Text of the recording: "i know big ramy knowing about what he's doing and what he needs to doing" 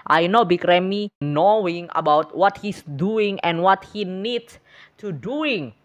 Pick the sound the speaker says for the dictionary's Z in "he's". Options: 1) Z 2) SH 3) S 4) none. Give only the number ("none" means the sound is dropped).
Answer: 3